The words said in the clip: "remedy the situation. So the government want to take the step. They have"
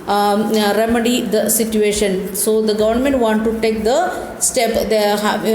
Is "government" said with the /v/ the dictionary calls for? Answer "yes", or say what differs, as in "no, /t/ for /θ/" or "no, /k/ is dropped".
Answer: yes